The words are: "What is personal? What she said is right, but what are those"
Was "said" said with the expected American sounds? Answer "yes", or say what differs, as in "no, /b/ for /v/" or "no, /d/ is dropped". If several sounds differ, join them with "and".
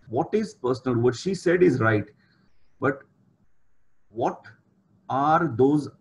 yes